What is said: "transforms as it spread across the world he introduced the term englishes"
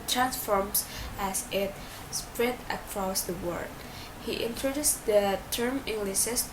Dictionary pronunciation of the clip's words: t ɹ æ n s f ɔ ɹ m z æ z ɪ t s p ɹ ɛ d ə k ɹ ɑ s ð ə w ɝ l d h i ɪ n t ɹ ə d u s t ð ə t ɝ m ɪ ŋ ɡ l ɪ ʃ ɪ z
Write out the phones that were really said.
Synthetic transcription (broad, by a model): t ɹ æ n s f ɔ ɹ m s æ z ɪ t s p ɹ ɛ d ə k ɹ ɑ s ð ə w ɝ d h i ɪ n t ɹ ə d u s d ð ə t ɝ m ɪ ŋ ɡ l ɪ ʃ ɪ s